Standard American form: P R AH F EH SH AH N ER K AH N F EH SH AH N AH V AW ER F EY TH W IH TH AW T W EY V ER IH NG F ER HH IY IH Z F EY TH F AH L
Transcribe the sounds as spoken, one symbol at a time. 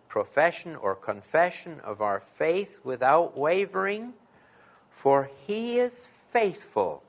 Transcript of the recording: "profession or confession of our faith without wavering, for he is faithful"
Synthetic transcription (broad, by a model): P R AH F EH SH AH N ER K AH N F EH SH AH N AH V AW ER F EY TH W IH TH AW T W EY V ER IH NG F ER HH IY IH Z F EY TH F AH L